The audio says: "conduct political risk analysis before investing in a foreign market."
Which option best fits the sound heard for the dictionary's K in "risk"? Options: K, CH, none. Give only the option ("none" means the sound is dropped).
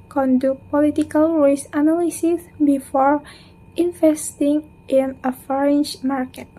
none